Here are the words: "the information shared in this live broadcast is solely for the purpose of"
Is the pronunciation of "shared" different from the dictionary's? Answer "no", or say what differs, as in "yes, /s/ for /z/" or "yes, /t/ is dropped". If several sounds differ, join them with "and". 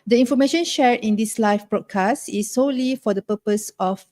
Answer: yes, /d/ is dropped